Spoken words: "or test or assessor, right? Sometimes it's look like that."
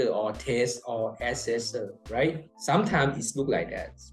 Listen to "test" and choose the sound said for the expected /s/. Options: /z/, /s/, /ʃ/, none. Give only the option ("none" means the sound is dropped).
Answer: /s/